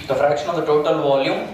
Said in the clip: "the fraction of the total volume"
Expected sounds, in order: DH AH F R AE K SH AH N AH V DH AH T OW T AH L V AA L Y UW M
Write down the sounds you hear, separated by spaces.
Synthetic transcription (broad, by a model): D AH F R AE K SH AH N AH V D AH T OW T AH L V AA L Y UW M